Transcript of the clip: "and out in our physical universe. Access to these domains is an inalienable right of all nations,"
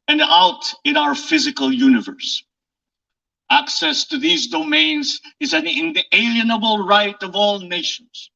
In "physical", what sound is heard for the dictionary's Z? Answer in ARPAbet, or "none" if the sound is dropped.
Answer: Z